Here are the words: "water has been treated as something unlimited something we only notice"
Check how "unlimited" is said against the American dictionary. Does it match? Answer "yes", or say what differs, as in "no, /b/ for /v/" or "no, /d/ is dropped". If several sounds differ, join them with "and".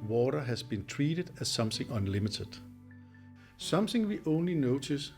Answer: yes